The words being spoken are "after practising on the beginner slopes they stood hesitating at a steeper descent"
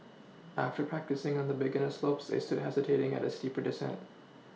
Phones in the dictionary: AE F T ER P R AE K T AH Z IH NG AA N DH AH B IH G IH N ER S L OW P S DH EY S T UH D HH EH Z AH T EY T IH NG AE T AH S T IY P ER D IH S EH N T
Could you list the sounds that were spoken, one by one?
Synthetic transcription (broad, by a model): AE F T ER P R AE K T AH S IH NG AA N DH AH B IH G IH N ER S L OW P S DH EY S T UH D HH EH Z AH T EY T IH NG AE T AH S T IY P ER D IH S EH N T